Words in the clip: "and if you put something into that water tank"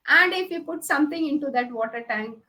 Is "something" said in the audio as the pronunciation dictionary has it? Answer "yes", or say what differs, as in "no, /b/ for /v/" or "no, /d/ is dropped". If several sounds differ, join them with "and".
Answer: no, /t/ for /θ/